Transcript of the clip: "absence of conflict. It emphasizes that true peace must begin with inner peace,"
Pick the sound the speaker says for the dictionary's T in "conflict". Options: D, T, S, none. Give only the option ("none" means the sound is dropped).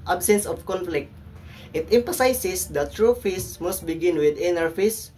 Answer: T